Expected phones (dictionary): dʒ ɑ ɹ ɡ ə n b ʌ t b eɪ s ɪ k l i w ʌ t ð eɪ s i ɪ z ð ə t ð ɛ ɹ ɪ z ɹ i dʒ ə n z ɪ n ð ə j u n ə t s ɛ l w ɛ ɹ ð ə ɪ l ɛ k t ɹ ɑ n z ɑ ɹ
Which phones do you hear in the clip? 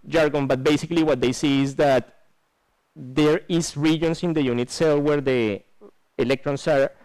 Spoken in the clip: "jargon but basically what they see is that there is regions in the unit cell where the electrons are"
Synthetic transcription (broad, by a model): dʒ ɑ ɹ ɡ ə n b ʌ t b eɪ s ɪ k l i w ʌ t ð eɪ s i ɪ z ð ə t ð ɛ ɹ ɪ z ɹ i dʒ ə n s ɪ n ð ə j u n ə t s ɛ l w ɛ ɹ ð ə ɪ l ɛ k t ɹ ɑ n s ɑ ɹ